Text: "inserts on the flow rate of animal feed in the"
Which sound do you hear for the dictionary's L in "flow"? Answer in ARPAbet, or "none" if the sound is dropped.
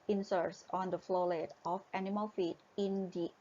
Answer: L